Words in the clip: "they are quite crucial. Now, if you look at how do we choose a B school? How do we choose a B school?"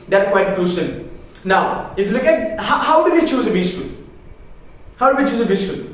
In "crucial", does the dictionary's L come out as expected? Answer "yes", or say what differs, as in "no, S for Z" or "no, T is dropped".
no, N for L